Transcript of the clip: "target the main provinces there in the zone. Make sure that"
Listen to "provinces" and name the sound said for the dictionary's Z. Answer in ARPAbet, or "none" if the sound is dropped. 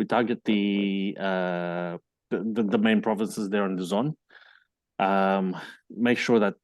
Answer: Z